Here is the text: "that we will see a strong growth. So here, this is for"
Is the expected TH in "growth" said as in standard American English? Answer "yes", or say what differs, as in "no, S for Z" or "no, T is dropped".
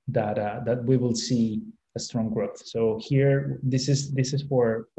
yes